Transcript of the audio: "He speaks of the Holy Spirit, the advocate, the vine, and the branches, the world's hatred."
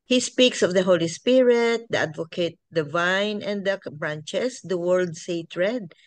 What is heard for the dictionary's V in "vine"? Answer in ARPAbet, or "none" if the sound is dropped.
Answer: V